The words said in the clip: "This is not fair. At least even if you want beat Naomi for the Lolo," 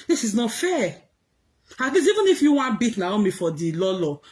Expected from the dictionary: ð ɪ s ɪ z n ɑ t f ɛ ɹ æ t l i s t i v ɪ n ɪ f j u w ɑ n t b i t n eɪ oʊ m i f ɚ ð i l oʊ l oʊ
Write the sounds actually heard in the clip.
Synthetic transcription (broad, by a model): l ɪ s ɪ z n ɑ t f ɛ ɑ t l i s i v ɪ n ɪ f j u w ɑ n b i t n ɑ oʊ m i f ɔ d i l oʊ l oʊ